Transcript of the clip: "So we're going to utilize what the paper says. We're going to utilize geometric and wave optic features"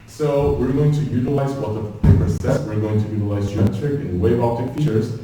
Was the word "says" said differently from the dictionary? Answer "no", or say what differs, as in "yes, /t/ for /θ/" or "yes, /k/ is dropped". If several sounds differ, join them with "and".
yes, /s/ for /z/